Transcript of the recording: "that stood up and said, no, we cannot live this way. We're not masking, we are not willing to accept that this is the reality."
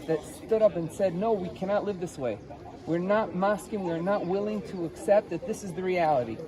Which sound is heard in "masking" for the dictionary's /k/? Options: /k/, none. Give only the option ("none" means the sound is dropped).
/k/